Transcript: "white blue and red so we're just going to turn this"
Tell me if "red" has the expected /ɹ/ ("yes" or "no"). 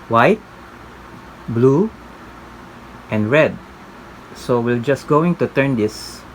yes